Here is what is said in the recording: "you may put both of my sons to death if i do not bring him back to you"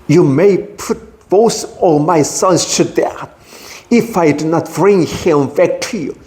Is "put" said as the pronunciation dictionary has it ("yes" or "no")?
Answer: yes